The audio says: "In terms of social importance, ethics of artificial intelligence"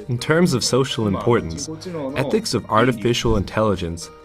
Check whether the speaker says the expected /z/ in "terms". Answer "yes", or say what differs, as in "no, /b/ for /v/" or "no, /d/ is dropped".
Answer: yes